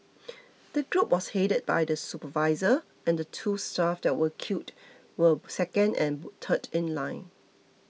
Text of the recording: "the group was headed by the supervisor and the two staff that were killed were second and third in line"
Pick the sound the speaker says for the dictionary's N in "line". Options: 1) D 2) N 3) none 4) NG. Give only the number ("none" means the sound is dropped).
2